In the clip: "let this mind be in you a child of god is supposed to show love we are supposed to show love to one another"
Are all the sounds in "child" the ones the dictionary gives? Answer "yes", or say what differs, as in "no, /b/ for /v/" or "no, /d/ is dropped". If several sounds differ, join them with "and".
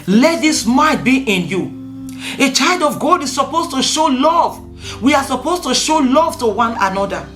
yes